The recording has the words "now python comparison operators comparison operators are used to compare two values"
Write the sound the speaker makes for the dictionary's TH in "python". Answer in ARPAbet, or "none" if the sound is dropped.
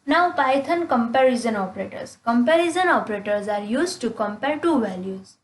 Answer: T